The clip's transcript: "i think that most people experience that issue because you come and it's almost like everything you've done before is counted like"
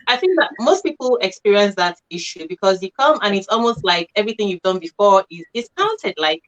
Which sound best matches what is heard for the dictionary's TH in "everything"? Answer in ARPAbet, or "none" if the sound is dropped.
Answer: TH